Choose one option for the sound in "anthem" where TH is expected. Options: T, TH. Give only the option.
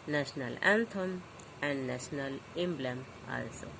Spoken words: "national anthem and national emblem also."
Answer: T